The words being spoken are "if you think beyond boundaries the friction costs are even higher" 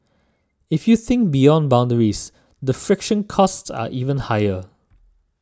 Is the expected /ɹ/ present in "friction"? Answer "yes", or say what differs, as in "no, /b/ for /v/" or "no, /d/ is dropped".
yes